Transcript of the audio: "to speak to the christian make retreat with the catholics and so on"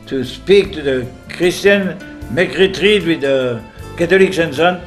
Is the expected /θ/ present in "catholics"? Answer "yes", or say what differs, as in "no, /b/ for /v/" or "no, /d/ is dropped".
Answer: no, /t/ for /θ/